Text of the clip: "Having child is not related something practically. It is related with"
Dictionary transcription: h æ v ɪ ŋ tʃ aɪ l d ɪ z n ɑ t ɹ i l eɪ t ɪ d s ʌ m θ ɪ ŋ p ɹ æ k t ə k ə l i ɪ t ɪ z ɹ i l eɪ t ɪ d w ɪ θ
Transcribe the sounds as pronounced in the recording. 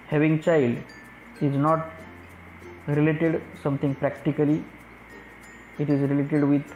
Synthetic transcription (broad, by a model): h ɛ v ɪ ŋ tʃ aɪ l d ɪ z n ɑ t ɹ i l eɪ t ɪ d s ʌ m t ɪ ŋ p ɹ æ k t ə k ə l i ɪ t ɪ z ɹ i l eɪ t ɪ d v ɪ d